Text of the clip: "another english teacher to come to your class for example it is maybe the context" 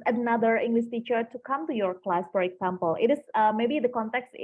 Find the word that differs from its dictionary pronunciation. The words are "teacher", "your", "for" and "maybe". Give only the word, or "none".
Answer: none